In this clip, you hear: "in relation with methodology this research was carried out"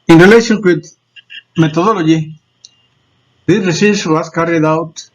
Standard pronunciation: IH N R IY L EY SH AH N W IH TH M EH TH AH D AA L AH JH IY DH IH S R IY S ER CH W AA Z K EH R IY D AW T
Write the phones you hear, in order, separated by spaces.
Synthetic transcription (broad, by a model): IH N R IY L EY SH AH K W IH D M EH T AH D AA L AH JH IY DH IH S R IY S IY S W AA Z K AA R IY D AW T